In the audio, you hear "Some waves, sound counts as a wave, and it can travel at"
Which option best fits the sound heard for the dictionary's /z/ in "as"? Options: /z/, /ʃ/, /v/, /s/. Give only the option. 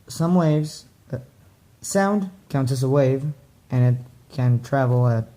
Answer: /s/